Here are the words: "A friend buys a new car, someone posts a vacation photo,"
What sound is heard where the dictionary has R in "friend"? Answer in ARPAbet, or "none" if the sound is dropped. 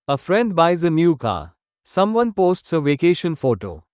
R